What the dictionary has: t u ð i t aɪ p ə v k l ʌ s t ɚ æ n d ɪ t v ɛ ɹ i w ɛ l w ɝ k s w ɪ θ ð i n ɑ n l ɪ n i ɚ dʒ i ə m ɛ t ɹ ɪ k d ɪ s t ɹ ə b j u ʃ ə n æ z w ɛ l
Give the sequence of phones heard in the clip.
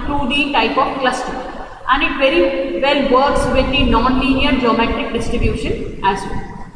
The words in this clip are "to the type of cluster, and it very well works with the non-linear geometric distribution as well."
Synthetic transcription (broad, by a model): t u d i t aɪ p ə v k l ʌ s t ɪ æ n d ɪ t v ɛ ɹ i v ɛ l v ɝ k s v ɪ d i n ɑ n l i n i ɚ dʒ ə m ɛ t ɪ k d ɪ s t ɹ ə b j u ʃ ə n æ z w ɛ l